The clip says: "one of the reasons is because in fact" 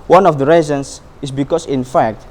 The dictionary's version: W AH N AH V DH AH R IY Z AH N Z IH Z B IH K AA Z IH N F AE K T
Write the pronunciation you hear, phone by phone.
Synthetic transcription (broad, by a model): W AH N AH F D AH R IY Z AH N S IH S B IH K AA S IH N F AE K T